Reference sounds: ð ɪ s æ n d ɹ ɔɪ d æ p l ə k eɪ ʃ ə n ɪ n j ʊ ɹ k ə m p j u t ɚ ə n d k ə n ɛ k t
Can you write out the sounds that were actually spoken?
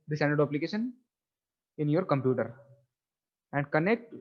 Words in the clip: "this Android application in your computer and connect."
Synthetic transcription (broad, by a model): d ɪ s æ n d ʌ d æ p l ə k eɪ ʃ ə n ɪ n j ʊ ɹ k ə m p j u t ɚ ə n d k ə n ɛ k t